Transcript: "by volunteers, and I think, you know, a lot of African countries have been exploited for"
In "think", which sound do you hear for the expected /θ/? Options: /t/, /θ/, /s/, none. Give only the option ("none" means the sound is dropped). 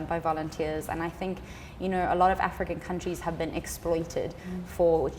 /θ/